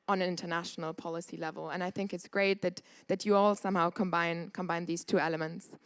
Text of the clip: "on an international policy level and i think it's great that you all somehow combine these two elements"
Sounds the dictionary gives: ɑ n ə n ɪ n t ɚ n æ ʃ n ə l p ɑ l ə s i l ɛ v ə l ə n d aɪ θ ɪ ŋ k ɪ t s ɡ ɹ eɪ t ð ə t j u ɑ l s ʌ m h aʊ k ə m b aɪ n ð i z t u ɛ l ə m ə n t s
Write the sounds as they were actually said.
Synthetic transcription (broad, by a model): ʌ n ə n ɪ n t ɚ n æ ʃ n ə l p ɑ l ə s i l ɛ v ə l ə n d aɪ θ ɪ ŋ k ɪ t s ɡ ɹ eɪ t ð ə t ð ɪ ɑ l s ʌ m h aʊ k ə m b aɪ n ð i z t u ɛ l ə m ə n t s